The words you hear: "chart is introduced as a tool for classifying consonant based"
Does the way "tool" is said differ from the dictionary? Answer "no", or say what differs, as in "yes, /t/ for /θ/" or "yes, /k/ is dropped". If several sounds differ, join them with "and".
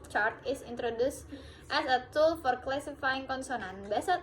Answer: no